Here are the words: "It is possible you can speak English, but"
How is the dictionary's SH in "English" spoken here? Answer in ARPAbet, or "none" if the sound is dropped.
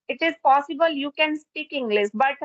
S